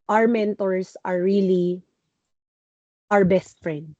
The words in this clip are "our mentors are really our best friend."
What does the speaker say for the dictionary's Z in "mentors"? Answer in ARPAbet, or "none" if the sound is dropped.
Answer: S